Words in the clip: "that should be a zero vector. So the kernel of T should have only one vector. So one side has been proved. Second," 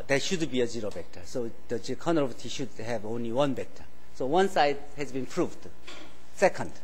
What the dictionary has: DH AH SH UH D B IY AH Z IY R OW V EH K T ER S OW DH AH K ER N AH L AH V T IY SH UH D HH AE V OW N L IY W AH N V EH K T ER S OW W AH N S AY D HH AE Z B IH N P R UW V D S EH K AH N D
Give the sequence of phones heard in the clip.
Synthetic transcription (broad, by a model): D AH SH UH D B IY AH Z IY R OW B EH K T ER S OW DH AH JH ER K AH N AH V T IY SH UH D HH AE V OW N L IY W AH N B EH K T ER S OW W AH N S AY D HH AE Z B IH N P R UW V D S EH K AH N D